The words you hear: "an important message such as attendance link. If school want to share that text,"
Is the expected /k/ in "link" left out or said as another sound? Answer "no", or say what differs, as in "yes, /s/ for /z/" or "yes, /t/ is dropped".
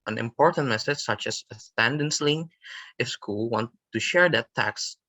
yes, /k/ is dropped